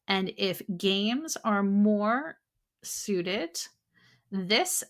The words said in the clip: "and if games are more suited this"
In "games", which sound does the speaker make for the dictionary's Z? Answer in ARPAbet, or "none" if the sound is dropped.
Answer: Z